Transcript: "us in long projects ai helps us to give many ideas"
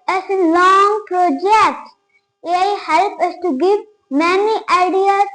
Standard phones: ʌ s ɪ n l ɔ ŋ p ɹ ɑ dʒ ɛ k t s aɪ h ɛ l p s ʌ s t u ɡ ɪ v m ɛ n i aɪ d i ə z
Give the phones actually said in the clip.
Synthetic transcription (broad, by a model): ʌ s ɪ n l ɔ ŋ p ɹ ɑ dʒ ɛ k t s aɪ h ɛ l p ʌ s t u ɡ ɪ v m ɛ n i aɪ d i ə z